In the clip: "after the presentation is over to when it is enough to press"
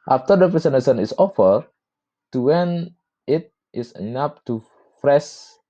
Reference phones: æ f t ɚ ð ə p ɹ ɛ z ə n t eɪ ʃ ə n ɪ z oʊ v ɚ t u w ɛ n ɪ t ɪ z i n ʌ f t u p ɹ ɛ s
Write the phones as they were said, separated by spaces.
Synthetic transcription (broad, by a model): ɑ f t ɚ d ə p ɹ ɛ s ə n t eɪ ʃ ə n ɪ s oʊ f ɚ t u w ɛ n ɪ t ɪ s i n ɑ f t u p ɹ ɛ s